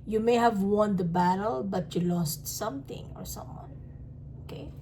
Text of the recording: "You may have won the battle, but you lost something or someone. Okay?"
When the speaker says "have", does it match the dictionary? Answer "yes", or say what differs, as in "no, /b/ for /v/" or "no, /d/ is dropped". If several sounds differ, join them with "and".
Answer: yes